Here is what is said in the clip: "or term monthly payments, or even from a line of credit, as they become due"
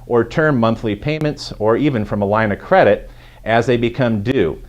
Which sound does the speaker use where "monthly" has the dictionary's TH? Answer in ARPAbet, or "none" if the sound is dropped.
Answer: TH